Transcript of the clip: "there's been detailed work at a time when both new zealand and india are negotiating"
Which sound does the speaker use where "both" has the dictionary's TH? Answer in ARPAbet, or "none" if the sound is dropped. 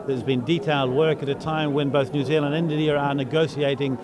TH